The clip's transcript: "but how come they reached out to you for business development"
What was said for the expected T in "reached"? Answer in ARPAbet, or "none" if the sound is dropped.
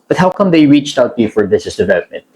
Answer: T